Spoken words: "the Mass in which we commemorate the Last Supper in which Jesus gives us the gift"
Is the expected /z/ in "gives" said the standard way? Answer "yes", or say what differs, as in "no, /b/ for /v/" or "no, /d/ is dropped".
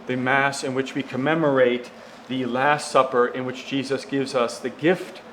yes